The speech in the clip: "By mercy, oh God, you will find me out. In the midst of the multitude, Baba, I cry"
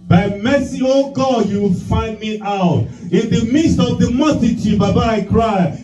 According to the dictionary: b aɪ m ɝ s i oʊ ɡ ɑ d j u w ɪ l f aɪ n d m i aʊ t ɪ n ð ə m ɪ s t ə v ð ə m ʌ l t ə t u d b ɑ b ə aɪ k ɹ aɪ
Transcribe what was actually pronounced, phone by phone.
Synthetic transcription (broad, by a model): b aɪ m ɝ s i oʊ ɡ ɑ d j u w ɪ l f aɪ n d m i aʊ t ɪ n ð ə m ɪ s t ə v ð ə m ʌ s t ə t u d b ɑ b ə aɪ k ɹ aɪ